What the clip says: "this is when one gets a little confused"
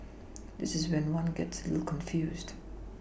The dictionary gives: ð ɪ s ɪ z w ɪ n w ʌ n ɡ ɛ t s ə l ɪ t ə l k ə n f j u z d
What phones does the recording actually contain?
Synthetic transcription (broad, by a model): ð ɪ s ɪ z w ɪ n w ʌ n ɡ ɛ t s ə l ɪ l k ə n f j u z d